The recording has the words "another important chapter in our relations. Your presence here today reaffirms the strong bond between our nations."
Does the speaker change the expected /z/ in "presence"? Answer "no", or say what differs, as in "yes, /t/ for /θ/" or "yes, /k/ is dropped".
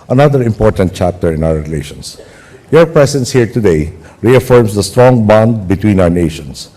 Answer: yes, /s/ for /z/